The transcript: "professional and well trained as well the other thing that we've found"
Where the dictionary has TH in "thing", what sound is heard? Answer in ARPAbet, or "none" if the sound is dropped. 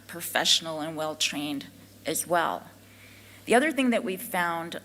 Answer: TH